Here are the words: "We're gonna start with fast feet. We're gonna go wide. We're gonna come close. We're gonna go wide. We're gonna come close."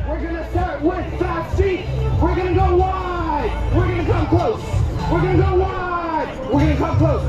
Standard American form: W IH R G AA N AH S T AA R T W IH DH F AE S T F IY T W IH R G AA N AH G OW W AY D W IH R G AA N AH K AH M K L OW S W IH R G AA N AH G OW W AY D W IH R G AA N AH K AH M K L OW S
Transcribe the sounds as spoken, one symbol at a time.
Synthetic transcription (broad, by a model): W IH R G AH N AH S T AA R T W IH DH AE T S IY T W IH R G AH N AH G OW W AY D W IH R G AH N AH K AH M K L OW S W IH R G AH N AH G OW W AY D W IH R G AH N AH K AH M K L OW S